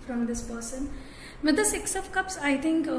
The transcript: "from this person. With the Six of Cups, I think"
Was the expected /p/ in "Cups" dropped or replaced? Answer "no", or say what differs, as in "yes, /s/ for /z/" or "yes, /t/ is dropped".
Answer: no